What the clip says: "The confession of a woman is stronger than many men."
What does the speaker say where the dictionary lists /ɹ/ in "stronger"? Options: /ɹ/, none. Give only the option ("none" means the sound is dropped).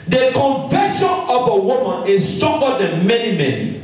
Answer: none